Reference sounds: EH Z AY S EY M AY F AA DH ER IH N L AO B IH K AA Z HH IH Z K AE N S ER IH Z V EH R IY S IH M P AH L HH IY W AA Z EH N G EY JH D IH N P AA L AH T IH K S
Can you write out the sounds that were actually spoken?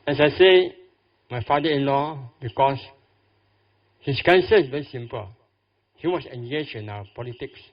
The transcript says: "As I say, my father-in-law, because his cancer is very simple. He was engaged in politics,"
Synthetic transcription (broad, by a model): EH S AY S EY M AY F AA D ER IH N L AO B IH K AA S HH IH S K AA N S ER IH S V EH R IY S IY M P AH L HH IY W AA S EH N G EY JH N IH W P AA L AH T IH K S